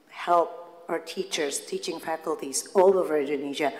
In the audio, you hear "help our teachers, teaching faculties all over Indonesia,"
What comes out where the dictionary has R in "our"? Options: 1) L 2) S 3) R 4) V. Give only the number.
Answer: 3